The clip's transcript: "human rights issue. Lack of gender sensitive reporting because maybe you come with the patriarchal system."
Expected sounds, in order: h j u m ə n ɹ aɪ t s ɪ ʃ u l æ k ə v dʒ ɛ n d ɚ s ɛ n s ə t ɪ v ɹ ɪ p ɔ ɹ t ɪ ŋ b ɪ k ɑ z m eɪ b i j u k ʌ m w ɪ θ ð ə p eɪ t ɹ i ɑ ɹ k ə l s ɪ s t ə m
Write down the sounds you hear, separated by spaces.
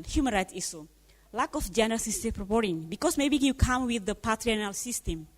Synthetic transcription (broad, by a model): h j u m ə n ɹ aɪ t s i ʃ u l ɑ k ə f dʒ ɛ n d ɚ s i s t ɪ p ɹ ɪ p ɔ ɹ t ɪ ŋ b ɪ k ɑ s m eɪ b i j u k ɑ m w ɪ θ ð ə p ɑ t ɹ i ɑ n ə l s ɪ s t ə m